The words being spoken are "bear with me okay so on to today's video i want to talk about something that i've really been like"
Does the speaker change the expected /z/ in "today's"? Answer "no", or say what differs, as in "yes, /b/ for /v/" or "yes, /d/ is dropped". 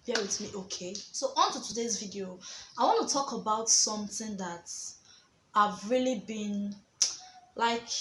no